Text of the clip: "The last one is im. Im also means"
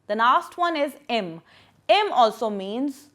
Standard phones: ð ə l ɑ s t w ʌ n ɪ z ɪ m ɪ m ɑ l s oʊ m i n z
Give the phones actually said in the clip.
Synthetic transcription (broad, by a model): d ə n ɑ s t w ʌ n ɪ z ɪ m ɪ m ɑ l s oʊ m i n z